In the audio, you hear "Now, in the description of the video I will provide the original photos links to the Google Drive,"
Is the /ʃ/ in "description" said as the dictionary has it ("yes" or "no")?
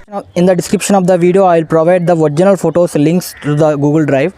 yes